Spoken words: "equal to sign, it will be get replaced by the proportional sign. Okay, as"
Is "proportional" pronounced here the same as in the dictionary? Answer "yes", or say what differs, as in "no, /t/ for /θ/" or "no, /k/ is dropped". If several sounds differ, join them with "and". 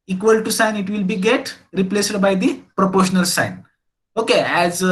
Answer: yes